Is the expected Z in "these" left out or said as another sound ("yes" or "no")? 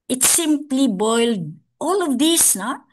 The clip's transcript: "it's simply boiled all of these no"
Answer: yes